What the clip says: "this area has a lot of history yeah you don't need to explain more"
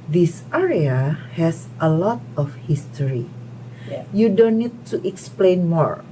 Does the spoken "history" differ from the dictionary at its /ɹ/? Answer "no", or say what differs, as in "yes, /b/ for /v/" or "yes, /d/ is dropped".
yes, /ɹ/ is dropped